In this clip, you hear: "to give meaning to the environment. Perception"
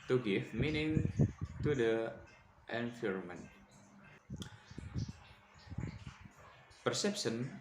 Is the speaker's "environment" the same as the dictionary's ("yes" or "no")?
no